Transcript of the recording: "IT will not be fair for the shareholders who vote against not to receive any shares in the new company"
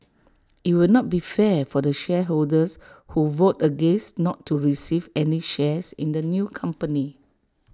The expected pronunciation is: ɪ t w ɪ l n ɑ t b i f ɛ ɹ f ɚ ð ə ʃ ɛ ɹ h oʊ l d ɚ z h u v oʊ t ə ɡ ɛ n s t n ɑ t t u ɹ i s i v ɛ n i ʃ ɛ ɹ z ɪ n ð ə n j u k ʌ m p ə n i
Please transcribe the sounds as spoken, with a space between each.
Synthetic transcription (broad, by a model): ɪ t w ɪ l n ɑ t b i f ɛ f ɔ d ə ʃ ɛ h oʊ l d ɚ s h u v oʊ t ə ɡ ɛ n s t n ɑ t t u ɹ i s i v ɛ n i ʃ ɛ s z ɪ n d ə n j u k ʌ m p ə n i